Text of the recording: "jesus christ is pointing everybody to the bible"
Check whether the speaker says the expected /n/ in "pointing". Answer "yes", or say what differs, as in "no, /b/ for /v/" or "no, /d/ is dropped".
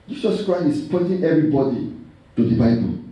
no, /n/ is dropped